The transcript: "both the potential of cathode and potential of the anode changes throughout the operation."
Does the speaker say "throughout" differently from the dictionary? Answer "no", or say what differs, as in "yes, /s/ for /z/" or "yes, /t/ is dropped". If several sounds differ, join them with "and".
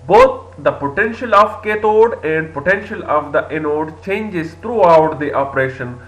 yes, /t/ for /θ/